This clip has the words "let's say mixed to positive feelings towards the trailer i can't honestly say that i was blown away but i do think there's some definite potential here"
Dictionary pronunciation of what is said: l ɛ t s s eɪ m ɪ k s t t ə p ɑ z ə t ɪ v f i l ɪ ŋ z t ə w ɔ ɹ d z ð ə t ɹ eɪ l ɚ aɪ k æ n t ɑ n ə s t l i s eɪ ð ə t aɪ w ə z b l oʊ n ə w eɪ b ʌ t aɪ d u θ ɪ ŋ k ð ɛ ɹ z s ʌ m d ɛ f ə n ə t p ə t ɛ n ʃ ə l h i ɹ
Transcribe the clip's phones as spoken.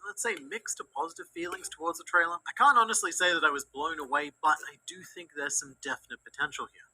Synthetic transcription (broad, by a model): l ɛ t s s eɪ m ɪ k s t t ə p ɑ z ə t ɪ v f i l ɪ ŋ z t ə w ɔ ɹ d z ð ə t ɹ eɪ l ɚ aɪ k æ n t ɑ n ə s t l i s eɪ ð ə t aɪ w ə z b l oʊ n ə w eɪ b ʌ t aɪ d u θ ɪ ŋ k ð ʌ ɹ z s ʌ m d ɛ f ə n ə t p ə t ɛ n ʃ l h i ɹ